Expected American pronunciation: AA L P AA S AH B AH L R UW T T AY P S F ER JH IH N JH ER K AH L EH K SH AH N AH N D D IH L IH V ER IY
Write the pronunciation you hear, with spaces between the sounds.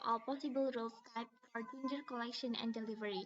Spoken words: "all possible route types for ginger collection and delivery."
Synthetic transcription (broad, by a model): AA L P AA S AH B AH L R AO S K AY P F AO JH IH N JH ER K AH L EH K SH AH N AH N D D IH L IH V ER IY